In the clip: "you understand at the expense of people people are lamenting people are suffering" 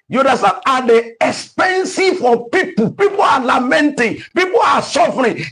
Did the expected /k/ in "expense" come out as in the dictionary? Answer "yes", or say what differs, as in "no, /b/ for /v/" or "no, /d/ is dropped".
yes